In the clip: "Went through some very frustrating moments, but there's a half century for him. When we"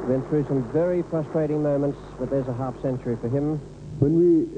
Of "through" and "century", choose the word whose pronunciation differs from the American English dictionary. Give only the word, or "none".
none